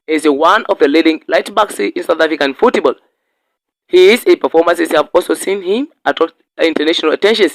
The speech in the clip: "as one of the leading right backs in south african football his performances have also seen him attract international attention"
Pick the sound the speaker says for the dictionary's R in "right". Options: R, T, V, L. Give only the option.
L